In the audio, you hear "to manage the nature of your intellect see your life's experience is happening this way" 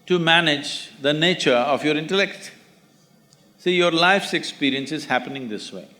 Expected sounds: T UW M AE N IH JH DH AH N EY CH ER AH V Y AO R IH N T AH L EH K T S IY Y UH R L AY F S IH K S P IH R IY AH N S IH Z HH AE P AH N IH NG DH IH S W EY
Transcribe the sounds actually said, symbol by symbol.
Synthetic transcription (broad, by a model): T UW M AE N IH JH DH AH N EY CH ER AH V Y AO R IH N T AH L EH K T S IY Y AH R L AY F S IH K S P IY R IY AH N S IH Z HH AE P AH N IH NG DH IH S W EY